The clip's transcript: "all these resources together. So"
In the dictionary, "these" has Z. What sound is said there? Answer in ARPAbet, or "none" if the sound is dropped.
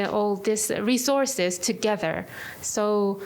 S